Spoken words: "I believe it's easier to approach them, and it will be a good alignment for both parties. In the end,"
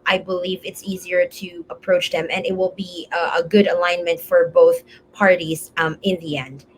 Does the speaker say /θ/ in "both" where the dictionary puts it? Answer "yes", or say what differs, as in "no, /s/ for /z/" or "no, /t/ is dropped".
yes